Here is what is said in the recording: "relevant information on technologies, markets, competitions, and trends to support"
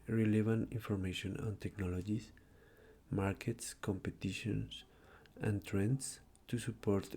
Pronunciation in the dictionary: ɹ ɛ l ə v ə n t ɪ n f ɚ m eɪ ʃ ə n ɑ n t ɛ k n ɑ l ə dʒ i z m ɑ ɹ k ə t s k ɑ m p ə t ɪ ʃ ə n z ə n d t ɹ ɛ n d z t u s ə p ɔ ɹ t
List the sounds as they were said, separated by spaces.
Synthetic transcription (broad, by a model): ɹ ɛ l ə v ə n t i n f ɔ m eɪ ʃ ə n ɑ n t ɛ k n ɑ l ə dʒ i s m ɑ ɹ k ə t s k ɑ m p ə t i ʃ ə n s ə n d t ɹ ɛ n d s t u s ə p ɔ ɹ t